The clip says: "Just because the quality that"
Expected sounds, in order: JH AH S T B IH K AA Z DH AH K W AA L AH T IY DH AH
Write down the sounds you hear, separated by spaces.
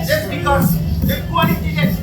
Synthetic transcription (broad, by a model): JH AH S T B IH K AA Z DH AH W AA N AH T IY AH